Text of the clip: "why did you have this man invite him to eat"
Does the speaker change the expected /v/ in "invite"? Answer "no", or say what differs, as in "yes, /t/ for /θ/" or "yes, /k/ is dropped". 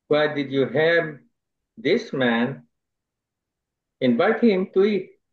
yes, /b/ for /v/